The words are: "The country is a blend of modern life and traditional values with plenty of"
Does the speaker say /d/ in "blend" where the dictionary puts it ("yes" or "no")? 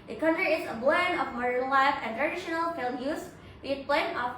no